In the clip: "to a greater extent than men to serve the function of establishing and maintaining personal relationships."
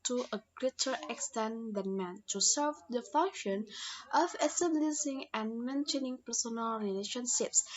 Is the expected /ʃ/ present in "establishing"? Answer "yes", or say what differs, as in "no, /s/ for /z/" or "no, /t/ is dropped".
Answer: no, /s/ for /ʃ/